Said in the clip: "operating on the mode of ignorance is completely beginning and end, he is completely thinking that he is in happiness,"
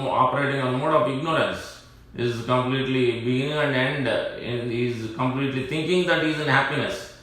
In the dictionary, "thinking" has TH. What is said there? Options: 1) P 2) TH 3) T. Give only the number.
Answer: 3